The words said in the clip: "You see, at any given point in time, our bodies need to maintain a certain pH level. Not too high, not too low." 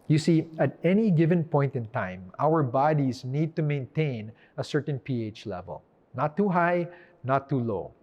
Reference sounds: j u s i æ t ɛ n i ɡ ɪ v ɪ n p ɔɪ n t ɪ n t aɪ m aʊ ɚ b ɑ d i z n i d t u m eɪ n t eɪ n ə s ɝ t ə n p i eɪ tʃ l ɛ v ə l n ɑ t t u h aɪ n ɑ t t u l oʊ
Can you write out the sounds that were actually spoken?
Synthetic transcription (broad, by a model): j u s i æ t ɛ n i ɡ ɪ v ɪ n p ɔɪ n t ɪ n t aɪ m aʊ ɚ b ɑ d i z n i d t u m eɪ n t eɪ n ə s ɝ t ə n p i eɪ tʃ l ɛ v ə l n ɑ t t u h aɪ n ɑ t t u l oʊ